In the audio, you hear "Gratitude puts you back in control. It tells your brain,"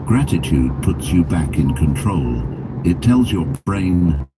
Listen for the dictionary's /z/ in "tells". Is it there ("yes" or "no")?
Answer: yes